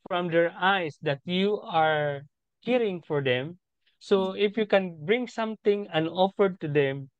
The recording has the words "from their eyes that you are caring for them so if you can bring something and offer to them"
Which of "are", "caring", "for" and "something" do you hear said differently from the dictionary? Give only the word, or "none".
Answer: something